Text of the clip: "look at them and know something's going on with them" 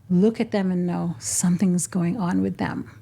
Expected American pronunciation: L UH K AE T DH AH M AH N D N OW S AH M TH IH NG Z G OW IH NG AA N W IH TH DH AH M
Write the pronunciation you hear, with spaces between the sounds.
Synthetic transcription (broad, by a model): L UH K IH T DH AH M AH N N OW S AH M TH IH NG Z G OW IH NG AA N W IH DH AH M